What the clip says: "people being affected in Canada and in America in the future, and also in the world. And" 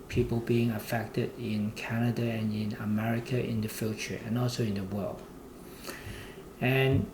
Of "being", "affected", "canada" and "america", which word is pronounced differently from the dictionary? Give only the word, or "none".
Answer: none